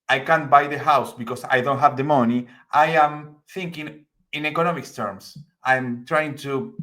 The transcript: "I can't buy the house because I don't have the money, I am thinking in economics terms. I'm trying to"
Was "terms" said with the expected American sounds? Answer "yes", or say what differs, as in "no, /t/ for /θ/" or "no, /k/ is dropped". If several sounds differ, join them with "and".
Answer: no, /s/ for /z/